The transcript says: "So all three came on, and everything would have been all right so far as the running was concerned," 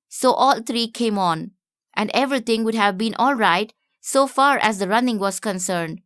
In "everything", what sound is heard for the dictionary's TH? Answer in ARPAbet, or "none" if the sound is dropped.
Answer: T